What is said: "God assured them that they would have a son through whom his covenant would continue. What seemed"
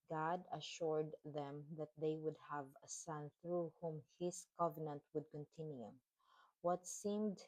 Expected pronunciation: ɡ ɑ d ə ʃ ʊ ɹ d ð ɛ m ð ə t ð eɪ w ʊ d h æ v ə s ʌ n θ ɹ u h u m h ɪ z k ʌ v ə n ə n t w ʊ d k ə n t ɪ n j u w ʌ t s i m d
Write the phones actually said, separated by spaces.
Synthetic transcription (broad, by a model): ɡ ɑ d ə ʃ ʊ ɹ d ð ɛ m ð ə t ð eɪ w ʊ d h æ v ə s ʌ n θ ɹ u h u m h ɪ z k ʌ v ə n ə n t w ʊ d k ə n t ɪ n j u w ʌ t s i m d